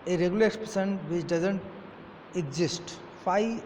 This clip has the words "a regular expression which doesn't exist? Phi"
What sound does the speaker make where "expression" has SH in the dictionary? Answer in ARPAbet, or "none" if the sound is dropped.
S